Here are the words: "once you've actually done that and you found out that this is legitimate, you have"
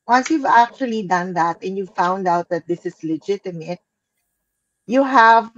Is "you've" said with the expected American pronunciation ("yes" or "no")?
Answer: yes